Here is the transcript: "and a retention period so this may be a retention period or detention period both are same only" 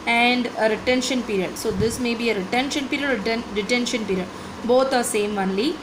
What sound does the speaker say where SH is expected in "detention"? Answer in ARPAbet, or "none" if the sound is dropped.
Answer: SH